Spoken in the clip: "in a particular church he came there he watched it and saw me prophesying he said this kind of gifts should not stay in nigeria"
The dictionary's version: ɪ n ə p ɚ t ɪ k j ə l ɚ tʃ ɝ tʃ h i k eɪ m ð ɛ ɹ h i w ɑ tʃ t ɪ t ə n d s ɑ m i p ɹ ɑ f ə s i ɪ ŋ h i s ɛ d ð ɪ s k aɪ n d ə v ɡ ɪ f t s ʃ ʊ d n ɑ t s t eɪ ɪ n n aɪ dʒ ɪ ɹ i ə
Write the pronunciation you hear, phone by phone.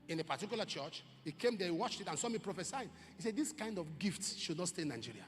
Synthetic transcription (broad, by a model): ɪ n ə p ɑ t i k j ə l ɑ tʃ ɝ tʃ h i k eɪ m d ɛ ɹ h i w ɑ tʃ t ɪ t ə n s ɑ m i p ɹ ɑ f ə s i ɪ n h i s ɛ d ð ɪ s k aɪ n d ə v ɡ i f t s ʃ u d n ɑ t s t eɪ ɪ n n aɪ dʒ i ɹ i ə